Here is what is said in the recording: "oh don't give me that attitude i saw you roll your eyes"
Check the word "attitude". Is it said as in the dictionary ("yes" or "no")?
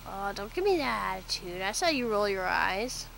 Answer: yes